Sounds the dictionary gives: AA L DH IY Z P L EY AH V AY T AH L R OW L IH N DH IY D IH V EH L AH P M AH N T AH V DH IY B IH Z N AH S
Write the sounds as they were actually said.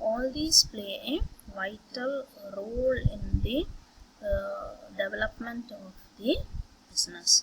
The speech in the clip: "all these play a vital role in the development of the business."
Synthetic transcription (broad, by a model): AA L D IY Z P L EY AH V AY T AH L R OW L IH N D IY D IH V EH L AH P M AH N T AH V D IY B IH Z N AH S